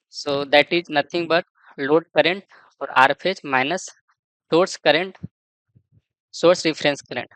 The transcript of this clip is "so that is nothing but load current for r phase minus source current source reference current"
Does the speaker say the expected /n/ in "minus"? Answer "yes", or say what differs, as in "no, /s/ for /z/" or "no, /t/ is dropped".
yes